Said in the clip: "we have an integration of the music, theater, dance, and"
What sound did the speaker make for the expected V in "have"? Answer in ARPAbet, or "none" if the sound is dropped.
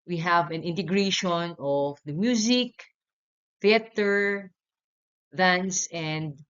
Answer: V